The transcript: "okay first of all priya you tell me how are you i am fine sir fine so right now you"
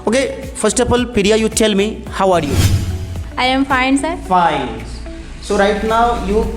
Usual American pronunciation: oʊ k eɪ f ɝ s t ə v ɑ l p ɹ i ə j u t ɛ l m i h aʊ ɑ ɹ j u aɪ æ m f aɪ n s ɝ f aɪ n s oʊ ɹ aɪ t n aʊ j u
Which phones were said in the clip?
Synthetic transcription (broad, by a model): oʊ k eɪ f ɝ s t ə p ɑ l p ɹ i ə j u t ɛ l m i h aʊ ɑ ɹ j u aɪ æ m f aɪ n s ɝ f aɪ n s oʊ ɹ aɪ t n aʊ j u